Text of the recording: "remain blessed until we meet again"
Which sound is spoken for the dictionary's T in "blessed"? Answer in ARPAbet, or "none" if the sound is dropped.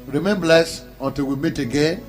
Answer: none